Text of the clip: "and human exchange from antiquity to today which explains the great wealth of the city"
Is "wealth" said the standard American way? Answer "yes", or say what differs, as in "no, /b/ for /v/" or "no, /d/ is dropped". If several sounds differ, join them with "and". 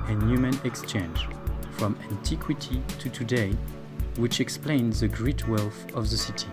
yes